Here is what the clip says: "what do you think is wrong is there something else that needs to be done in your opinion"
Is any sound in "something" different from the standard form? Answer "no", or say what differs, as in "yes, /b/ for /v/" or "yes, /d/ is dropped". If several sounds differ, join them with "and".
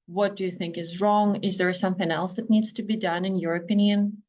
no